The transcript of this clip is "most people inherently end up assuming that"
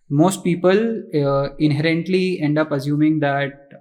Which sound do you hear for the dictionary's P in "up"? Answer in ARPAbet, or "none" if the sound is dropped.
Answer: P